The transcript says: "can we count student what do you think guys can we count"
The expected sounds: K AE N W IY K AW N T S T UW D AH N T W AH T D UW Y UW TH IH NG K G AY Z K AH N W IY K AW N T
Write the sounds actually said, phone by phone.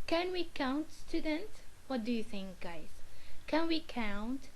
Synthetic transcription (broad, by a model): K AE N W IY K AW N T S T UW D AH N T W AH T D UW Y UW TH IH NG K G AY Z K AH N W IY K AW N T